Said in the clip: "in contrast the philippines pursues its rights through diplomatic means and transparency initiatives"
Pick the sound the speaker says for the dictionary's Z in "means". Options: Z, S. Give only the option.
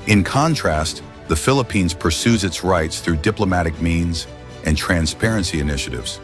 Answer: Z